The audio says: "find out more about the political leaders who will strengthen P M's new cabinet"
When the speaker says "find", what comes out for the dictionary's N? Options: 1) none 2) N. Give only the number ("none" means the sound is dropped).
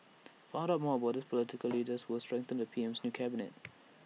1